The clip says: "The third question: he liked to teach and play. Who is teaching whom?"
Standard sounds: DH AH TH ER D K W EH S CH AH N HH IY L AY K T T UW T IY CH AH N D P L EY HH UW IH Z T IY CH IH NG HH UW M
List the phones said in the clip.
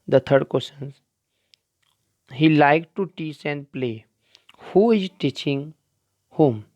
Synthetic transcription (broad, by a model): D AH T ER D K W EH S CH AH N HH IY L AY K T T UW T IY S AH N D P L EY HH UW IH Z T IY CH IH NG HH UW M